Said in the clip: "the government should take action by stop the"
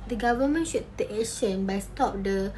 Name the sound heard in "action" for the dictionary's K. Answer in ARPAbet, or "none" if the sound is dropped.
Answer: none